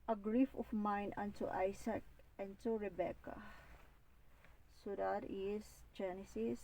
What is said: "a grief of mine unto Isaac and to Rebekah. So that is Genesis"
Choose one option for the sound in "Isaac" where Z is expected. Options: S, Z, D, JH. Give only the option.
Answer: S